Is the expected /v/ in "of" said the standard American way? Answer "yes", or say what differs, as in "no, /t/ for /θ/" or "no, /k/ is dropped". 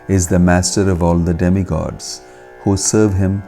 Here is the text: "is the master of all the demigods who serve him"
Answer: yes